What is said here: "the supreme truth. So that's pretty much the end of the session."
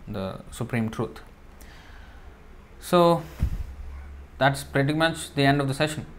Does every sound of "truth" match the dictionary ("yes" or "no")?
no